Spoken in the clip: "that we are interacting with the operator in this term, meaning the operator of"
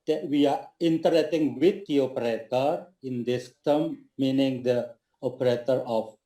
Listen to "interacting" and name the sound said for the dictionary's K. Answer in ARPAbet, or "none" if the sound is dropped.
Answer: none